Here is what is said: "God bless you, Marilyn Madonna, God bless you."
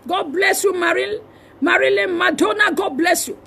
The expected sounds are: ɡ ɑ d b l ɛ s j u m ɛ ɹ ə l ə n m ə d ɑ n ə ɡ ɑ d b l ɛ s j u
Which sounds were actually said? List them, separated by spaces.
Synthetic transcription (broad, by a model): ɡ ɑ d b l ɛ s j u m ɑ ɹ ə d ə l m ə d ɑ n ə ɡ ɑ d b l ɛ s j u